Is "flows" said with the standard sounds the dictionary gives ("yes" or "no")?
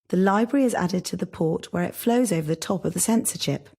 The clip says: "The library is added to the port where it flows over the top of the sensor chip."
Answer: yes